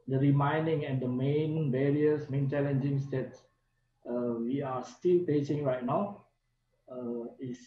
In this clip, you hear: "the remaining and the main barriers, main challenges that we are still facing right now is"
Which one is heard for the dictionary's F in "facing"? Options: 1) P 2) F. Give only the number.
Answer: 1